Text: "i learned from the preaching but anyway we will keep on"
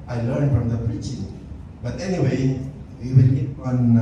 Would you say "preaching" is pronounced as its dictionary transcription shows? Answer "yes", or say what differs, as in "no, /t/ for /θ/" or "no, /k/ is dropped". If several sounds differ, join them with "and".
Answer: yes